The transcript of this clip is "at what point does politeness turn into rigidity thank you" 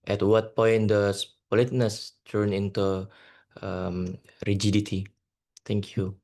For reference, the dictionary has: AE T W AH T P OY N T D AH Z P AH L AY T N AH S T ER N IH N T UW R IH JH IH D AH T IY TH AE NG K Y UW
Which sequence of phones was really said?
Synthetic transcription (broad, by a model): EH T W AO T P OY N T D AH S P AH L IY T N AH S T ER N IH N T UW R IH JH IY D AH T IY T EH NG K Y UW